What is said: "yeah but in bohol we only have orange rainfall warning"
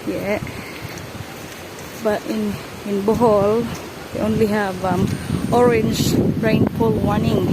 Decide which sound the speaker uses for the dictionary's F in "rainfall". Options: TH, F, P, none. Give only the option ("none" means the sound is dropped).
P